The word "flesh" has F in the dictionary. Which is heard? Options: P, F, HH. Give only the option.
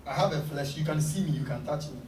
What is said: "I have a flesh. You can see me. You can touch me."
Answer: F